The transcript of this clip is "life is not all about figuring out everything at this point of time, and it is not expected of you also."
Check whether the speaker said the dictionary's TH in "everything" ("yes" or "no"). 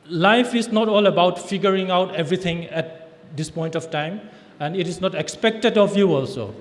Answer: no